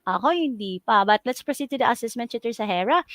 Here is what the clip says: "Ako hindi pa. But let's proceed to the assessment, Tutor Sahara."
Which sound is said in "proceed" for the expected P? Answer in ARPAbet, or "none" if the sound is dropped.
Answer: P